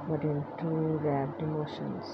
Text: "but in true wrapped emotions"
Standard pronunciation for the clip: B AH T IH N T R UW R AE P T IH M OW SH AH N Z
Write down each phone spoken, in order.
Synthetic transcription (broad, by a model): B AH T IH N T UW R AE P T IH M OW SH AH N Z